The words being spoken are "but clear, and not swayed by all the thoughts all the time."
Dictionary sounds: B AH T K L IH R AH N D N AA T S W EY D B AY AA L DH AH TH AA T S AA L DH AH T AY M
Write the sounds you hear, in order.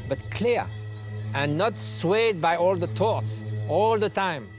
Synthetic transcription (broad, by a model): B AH T K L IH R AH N N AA T S W EY D B AY AA L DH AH T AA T S AA L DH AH T AY M